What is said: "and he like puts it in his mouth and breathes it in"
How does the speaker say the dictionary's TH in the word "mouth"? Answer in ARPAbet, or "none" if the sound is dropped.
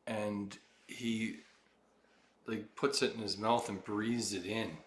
TH